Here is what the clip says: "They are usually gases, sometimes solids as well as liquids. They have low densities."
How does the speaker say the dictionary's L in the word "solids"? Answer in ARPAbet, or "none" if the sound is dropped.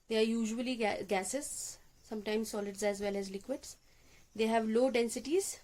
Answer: L